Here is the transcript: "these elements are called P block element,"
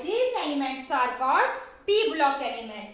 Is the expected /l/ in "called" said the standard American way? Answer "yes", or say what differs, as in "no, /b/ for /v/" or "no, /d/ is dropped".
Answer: no, /l/ is dropped